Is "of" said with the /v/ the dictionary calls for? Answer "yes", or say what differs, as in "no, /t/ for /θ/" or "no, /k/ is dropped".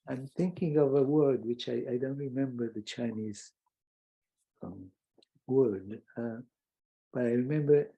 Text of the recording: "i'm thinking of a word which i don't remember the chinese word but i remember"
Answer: yes